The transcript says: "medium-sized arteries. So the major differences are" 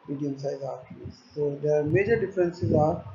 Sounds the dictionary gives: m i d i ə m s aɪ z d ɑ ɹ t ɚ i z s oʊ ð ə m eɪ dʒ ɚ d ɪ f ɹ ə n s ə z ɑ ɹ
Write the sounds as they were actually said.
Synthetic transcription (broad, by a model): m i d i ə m s aɪ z ɑ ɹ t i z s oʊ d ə m eɪ dʒ ɚ d ɪ f ɹ ə n s ə z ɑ ɹ